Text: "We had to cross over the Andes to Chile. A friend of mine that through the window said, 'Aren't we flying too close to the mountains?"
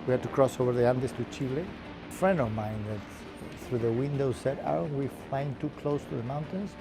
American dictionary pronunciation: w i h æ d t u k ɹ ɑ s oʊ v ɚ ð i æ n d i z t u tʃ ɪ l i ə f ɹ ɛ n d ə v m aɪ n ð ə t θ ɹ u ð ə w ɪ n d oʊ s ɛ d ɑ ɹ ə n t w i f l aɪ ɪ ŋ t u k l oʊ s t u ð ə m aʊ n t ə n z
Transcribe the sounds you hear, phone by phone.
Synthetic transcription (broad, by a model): w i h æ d t u k ɹ ɑ s oʊ v ɚ ð i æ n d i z t u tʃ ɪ l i f ɹ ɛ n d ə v m aɪ n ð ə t θ ɹ u ð ə w ɪ n d oʊ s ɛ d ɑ ə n w i f aɪ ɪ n t u k l oʊ s t u ð ə m aʊ n t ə n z